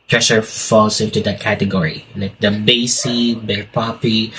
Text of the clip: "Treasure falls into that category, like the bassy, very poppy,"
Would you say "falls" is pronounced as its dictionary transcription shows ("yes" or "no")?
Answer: no